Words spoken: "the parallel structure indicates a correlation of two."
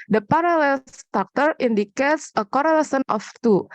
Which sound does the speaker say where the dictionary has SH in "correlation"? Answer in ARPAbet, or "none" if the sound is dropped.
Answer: S